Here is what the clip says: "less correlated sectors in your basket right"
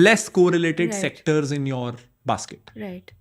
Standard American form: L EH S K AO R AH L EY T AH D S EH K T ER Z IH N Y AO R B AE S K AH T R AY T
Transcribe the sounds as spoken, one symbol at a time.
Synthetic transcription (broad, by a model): L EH S K AO R AH L EY T AH D S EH K T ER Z IH N Y AO R B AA S K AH T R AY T